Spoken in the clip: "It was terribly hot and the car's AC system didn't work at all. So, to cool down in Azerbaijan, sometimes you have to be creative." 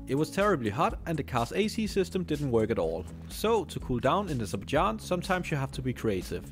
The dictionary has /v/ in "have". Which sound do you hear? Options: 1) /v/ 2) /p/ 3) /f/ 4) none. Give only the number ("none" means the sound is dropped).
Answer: 3